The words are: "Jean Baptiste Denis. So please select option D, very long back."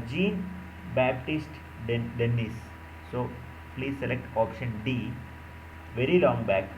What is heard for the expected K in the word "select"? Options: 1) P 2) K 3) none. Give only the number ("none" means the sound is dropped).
2